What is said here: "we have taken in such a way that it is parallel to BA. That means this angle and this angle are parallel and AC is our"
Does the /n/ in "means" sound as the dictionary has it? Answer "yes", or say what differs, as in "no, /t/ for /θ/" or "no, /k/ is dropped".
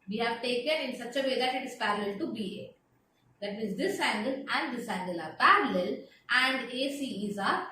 no, /n/ is dropped